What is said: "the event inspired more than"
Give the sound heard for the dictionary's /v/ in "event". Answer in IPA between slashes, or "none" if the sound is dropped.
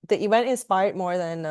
/w/